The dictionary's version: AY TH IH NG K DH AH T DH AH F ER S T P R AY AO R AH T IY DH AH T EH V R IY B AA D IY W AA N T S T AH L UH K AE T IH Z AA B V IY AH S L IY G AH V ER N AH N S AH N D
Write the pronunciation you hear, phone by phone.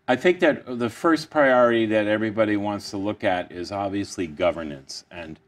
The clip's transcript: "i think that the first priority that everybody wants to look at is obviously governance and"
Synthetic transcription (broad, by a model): AY TH IH NG K DH AH T DH AH F ER S P R AY AO R AH T IY DH AH T EH V R IY B AA D IY W AA N T S T AH L UH K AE T IH Z AA B V IY AH S L IY G AH V ER N AH N S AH N